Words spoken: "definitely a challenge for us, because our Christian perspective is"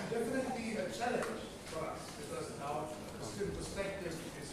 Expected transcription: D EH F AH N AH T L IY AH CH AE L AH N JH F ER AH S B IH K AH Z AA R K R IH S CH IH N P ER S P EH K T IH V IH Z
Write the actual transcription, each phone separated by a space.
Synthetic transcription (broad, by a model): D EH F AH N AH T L IY AH CH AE L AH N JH F ER AH S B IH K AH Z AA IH S IH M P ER S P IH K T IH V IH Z